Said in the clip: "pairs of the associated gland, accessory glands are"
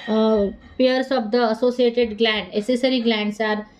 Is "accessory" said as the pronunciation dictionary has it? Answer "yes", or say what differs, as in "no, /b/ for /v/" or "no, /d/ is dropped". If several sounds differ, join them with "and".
no, /k/ is dropped